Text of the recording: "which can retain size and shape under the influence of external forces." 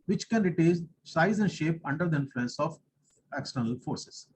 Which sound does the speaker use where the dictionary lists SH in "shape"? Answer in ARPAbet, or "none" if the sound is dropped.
SH